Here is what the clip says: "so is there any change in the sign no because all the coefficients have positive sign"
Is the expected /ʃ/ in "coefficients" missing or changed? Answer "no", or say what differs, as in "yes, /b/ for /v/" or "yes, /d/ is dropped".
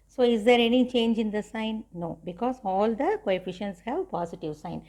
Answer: no